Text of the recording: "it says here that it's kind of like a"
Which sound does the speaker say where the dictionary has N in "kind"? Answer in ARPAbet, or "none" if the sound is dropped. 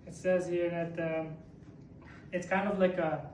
N